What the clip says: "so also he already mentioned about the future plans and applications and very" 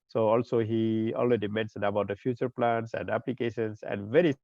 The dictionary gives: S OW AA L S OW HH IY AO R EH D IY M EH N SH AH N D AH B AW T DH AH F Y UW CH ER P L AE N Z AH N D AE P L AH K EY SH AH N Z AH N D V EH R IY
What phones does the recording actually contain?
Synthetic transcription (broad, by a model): S OW AA L S OW HH IY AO L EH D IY M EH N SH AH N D AH B AW T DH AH F Y UW CH ER P L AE N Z AH N D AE P L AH K EY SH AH N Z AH N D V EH R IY